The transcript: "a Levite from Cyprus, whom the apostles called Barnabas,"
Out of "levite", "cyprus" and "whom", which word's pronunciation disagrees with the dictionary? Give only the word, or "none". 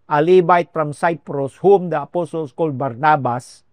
levite